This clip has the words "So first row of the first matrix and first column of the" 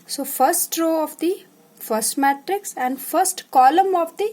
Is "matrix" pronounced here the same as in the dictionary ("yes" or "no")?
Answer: yes